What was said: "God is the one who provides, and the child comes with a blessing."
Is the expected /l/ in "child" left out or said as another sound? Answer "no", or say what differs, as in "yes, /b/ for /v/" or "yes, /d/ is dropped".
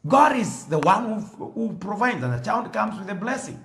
yes, /n/ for /l/